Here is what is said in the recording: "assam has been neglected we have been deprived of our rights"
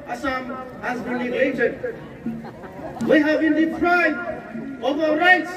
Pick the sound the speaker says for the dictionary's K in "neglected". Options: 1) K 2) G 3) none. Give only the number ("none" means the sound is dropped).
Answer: 3